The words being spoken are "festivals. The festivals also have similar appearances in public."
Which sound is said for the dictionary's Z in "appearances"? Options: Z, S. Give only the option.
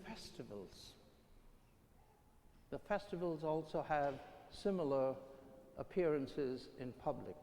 Z